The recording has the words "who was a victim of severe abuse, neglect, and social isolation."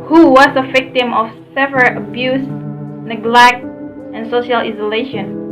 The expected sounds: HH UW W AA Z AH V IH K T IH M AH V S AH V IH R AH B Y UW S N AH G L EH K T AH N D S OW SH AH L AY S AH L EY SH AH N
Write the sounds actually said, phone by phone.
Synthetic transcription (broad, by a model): HH UW W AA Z AH V IH K T IH M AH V S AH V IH L AH B Y UW S N AH G L EH K T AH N S OW SH AH L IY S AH L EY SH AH N